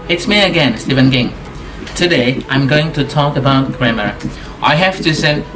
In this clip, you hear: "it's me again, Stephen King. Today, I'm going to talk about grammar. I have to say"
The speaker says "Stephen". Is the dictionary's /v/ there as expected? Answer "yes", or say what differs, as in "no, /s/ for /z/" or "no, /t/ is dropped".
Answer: yes